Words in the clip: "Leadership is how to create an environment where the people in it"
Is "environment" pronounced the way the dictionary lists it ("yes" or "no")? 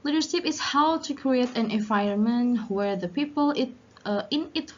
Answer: no